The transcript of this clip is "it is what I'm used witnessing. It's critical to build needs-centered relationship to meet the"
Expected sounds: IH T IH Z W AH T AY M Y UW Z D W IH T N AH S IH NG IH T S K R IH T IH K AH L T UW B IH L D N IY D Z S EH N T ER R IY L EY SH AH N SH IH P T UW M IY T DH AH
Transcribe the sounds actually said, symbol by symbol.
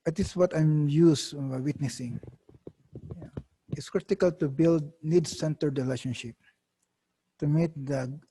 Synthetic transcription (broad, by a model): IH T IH S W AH T AY M Y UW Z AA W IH T N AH S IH NG IH T S K R IH T IH K AH L T UW B IH L D N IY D S EH N T ER R IY L EY SH AH N SH IH P T UW M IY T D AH